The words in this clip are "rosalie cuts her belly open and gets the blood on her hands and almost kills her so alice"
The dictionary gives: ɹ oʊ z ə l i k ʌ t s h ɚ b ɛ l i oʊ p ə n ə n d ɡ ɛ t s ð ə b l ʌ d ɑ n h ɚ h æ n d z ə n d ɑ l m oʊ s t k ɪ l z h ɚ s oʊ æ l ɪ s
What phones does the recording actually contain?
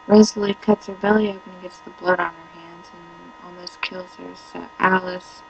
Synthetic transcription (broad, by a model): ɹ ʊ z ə l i k ʌ t s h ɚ b ɛ l i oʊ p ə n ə ɡ ɛ t s ð ə b l ʌ d n ɚ h æ n d z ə n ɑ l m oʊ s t k ɪ l z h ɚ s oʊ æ l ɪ s